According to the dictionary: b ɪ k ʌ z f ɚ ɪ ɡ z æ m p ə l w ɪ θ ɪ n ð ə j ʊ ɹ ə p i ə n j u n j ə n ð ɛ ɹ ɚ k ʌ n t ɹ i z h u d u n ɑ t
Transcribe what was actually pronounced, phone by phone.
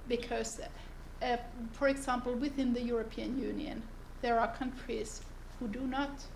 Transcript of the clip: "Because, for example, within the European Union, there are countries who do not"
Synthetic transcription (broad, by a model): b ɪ k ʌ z f ɚ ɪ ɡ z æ m p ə l w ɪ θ ɪ n ð ə j ʊ ɹ ə p i ə n j u n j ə n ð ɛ ɹ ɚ k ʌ n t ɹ i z h u d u n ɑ t